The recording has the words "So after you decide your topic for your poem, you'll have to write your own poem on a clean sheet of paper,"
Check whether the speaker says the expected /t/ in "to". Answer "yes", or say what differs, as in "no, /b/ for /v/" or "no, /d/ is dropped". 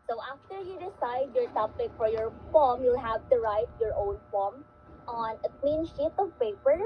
yes